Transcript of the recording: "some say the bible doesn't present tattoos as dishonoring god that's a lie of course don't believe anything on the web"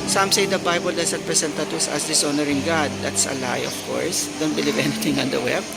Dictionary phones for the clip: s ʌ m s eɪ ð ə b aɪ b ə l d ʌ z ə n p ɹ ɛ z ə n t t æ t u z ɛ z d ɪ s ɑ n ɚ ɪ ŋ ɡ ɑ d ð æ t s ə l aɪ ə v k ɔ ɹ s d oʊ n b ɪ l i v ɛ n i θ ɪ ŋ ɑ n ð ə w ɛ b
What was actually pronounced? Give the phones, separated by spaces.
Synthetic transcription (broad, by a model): s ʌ m s eɪ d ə b aɪ b ə l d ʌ s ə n p ɹ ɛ s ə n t t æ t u s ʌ s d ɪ s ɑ n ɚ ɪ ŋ ɡ ɑ d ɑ t s ə l aɪ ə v k ɔ ɹ s d oʊ n b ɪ l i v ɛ n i t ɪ ŋ ɑ n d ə w ɛ b